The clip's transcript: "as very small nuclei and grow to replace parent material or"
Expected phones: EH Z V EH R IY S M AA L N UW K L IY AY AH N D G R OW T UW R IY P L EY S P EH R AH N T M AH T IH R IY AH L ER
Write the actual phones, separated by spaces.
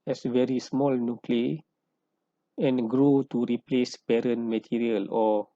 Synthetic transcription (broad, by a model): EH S V EH R IY S M AA L N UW K L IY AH N G R OW T UW R IY P L EY S B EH R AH N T M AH T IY R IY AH L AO